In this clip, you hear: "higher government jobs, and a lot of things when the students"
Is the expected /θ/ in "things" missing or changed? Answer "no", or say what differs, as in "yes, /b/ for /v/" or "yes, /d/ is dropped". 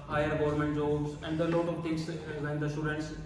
yes, /t/ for /θ/